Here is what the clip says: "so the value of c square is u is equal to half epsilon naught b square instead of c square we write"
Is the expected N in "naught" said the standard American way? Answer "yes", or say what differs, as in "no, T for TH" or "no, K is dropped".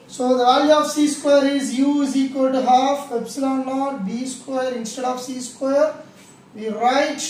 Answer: no, L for N